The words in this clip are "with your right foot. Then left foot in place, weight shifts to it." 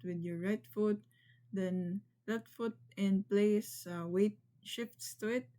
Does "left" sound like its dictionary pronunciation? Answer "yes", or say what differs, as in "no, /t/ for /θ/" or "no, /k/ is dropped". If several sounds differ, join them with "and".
no, /f/ is dropped